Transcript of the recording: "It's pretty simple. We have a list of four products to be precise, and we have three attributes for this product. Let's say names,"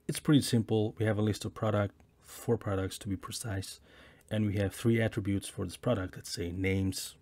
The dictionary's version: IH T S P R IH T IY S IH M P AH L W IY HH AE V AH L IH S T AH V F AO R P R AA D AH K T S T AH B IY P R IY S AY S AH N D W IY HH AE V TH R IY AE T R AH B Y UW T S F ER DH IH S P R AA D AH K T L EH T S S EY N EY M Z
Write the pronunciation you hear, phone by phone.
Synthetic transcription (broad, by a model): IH T S P R IH T IY S IH M P L W IY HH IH V AH L IH S T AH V F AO R P R AA D AH K T S T AH B IY P R IY S AY S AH N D W IY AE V TH R IY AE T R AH B Y UW T S F ER DH IH S P R AA D AH K T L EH T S S EY N EY M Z